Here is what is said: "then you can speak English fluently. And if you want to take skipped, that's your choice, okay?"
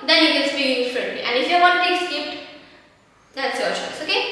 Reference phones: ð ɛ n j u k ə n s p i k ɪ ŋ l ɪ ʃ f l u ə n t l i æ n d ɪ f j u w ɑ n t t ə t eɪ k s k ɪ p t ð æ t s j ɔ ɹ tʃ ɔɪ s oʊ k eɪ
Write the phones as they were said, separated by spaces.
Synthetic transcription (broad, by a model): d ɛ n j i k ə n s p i ɪ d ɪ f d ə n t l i æ n d ɪ f j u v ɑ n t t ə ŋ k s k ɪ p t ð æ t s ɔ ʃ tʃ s oʊ k eɪ